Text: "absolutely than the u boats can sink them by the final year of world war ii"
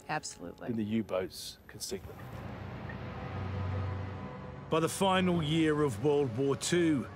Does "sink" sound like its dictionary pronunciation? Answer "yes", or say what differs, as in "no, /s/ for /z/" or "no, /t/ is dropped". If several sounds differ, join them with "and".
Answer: no, /ŋ/ is dropped